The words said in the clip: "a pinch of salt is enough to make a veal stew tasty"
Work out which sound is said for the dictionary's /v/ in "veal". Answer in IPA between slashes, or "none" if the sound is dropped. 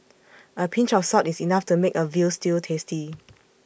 /v/